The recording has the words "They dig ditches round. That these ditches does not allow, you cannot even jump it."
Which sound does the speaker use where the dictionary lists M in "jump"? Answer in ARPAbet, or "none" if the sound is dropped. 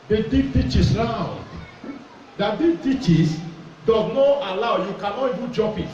none